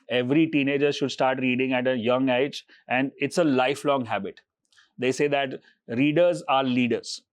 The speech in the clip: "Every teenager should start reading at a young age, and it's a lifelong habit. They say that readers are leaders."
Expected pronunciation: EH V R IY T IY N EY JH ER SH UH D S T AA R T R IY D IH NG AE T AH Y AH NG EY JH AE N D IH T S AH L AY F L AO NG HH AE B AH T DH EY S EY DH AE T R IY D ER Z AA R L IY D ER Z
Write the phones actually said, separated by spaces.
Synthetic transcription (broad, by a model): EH V R IY T IY N EY JH ER SH UH D S T AA R T R IY D IH NG AE T AH Y AH NG EY JH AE N D IH T S AH L AY F L AO NG HH AE B AH T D EY S EY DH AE T R IY D ER Z AA R L IY D ER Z